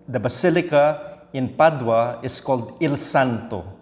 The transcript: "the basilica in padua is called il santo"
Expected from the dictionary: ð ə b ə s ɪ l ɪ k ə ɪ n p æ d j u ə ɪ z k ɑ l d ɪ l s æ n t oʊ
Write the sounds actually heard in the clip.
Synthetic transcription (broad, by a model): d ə b ə s ɪ l ɪ k ə ɪ n p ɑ d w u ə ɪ s k ɑ l d ɪ l s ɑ n t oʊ